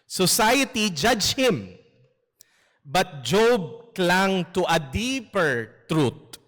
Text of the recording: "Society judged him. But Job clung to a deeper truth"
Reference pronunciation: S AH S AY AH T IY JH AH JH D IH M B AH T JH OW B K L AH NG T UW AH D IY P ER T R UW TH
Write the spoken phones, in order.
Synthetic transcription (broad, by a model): S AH S AY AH T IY JH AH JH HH IH M B AH T JH OW B K L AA NG T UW AH D IY P ER T R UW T